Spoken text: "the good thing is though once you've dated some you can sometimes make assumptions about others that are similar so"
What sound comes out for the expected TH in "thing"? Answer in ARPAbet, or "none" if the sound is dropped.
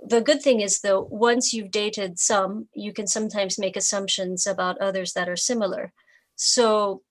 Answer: TH